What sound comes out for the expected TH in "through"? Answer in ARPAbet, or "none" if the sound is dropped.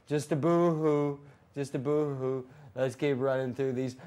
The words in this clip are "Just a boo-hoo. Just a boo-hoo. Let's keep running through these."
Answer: TH